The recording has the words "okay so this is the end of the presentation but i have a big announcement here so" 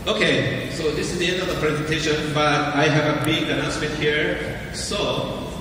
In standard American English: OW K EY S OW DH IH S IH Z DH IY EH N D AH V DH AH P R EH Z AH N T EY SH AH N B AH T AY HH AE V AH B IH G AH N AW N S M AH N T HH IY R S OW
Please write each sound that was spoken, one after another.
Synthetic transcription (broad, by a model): OW K EY S OW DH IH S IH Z DH IY EH N D AH V DH AH P R EH Z AH N T EY SH AH N B AH T AY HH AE V AH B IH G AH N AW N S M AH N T HH IY R S OW